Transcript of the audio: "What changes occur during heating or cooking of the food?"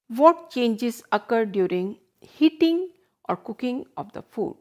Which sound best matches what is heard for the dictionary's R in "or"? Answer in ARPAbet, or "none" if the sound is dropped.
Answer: R